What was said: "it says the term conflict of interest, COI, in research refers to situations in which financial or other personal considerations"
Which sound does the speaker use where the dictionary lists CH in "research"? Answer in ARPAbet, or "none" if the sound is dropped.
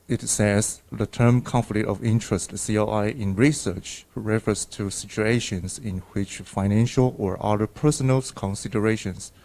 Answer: CH